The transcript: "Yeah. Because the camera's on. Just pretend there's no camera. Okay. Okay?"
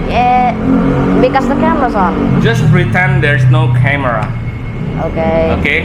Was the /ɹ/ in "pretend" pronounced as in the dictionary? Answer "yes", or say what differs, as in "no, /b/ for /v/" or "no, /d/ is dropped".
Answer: yes